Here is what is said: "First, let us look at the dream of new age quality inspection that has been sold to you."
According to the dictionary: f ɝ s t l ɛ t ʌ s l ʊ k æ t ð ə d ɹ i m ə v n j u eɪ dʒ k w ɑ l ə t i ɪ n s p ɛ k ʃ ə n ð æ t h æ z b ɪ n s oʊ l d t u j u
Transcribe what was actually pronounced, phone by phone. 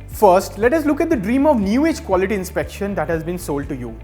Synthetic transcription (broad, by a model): f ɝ s t l ɛ t ʌ s l ʊ k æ t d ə d ɹ i m ə v n j u eɪ dʒ k w ɑ l ə t i ɪ n s p ɛ k ʃ ə n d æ t h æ z b ɪ n s oʊ l d t u j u